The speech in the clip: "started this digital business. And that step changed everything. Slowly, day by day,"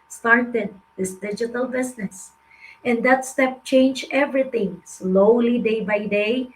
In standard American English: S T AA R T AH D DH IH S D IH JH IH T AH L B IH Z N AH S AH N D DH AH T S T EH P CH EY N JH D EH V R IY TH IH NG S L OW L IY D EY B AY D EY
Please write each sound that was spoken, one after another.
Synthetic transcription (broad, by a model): S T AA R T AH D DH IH S D IH JH IH T AH L B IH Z N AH S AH N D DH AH T S T EH P CH EY N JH EH V R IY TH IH NG S L OW L IY D EY B AY D EY